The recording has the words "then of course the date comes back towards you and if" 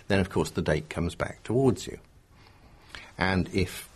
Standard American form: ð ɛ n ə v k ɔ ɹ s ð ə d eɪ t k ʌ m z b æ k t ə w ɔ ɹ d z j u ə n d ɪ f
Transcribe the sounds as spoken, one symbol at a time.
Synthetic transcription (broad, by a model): ð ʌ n ə v k ɔ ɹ s ð ə d eɪ t k ʌ m z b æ k t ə w ɔ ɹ d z j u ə n ɪ f